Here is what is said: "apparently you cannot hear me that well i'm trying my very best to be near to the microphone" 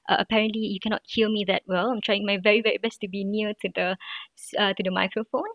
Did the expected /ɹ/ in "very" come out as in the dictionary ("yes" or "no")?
yes